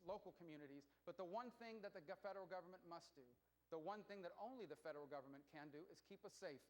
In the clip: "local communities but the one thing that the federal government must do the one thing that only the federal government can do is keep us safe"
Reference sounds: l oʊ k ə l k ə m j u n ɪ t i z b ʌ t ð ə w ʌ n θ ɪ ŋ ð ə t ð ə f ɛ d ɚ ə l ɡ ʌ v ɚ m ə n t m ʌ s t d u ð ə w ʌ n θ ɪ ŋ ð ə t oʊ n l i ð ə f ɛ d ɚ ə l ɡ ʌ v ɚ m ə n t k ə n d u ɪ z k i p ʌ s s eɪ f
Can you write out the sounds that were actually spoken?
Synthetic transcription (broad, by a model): l oʊ k l k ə m j u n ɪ t i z b ʌ t ð ə w ʌ n θ ɪ ŋ ð ə t ð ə f ɛ d ɚ l ɡ ʌ v ɚ m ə n m ʌ s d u ð ə w ʌ n θ ɪ ŋ ð ə t oʊ n l i ð ə f ɛ d ɚ l ɡ ʌ v ɚ m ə n k ə n d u ɪ z k i p ʌ s s eɪ f